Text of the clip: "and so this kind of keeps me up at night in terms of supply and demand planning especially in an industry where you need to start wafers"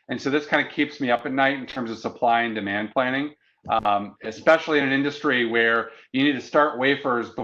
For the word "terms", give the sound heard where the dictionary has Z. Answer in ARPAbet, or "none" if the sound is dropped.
Z